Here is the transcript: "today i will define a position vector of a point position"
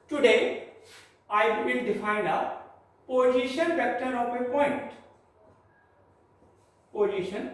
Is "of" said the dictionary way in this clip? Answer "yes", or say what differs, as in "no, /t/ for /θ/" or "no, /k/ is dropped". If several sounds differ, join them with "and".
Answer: no, /p/ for /v/